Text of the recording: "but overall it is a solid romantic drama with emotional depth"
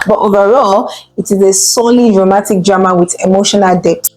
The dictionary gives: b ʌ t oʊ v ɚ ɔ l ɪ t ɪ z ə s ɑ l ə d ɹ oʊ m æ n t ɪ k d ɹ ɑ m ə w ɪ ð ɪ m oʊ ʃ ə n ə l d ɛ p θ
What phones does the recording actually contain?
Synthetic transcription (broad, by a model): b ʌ t oʊ v ɚ ɔ l ɪ t ɪ z ə s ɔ l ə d ɹ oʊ m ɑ t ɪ k d ɹ ɑ m ə w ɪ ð ɪ m oʊ ʃ ə n ə l d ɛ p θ